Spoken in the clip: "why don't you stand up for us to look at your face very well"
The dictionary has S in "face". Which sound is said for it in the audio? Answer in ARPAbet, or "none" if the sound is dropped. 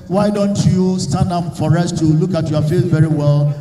TH